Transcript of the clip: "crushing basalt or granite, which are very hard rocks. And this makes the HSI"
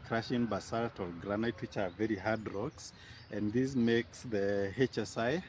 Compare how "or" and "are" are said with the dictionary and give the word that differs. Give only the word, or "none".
or